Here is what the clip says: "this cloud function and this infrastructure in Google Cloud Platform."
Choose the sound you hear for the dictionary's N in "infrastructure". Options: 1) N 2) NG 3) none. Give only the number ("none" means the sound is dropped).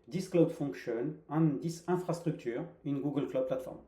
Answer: 3